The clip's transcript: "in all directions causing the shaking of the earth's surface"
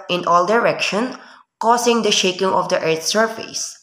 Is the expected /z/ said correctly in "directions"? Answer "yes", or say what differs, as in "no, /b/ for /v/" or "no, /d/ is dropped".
no, /z/ is dropped